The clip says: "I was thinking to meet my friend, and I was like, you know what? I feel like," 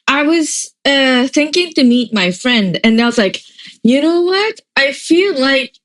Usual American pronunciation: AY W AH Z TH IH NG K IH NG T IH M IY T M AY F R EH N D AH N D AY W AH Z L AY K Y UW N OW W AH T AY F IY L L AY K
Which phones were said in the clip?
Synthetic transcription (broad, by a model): AY W AH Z TH IH NG K IH NG T IH M IY T M AY F R EH N D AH N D AY W AH Z L AY K Y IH N OW W AH T AY F IY L L AY K